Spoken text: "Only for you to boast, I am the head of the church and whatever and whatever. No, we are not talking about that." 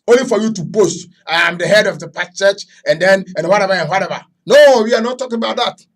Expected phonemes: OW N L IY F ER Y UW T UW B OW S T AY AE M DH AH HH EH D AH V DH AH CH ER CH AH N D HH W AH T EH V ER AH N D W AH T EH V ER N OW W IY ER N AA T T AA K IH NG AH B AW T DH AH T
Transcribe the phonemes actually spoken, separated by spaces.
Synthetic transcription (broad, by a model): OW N L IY F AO Y UW T UW B OW S T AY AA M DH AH HH EH D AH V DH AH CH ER CH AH N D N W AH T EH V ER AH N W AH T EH V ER N OW W IY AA N AA T T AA K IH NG AH B AW T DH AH T